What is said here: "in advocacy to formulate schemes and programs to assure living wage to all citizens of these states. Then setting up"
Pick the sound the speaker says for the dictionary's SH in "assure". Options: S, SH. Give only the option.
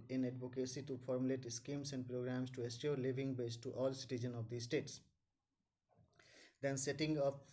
S